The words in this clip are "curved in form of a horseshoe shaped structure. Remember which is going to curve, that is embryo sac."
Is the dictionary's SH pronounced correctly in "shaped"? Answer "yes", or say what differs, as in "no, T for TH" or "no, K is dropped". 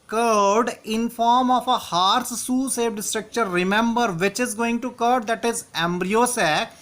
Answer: no, S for SH